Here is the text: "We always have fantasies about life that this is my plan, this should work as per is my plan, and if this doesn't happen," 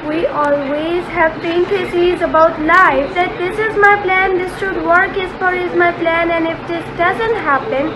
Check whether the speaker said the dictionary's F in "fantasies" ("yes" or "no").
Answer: no